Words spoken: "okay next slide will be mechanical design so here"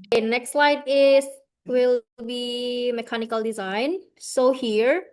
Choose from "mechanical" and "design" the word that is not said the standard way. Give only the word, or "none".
none